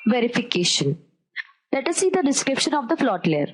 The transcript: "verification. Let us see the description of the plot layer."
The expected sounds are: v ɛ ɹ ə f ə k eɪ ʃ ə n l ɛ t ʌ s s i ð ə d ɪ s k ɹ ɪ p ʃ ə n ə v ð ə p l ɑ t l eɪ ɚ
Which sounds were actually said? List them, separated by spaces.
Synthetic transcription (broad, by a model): v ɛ ɹ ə f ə k eɪ ʃ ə n l ɛ t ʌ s s i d ə d ɪ s k ɹ ɪ p ʃ ə n ə v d ə f l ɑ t l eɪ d